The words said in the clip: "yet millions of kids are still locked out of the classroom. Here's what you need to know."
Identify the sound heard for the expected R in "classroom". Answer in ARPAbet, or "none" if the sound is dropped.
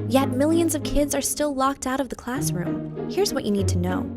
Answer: R